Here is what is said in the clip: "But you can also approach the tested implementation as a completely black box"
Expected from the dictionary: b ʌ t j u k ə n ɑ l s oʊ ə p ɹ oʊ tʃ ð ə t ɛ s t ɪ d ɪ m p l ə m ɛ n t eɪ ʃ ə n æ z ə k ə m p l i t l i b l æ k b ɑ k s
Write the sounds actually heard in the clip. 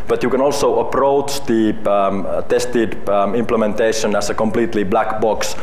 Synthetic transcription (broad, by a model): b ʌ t j u k ə n ɑ l s oʊ ə p ɹ oʊ tʃ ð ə t ɛ s t ɪ d ɪ m p l ə m ɛ n t eɪ ʃ ə n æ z ə k ə m p l i t l i b l æ k b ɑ k s